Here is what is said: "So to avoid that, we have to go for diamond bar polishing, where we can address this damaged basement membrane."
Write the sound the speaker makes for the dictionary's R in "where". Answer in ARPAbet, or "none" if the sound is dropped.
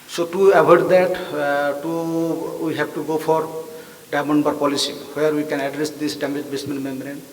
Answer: R